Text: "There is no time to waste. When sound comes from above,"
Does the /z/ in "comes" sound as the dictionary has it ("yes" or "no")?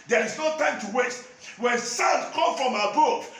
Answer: no